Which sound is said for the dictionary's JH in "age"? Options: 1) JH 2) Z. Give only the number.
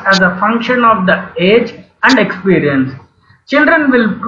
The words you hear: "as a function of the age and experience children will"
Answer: 1